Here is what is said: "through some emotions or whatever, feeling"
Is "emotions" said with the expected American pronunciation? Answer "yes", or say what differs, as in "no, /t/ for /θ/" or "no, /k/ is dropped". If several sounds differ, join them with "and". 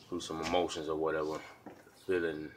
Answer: yes